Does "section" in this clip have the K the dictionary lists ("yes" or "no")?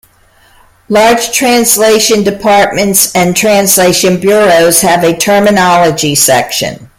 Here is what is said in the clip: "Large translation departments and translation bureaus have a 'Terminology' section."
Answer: yes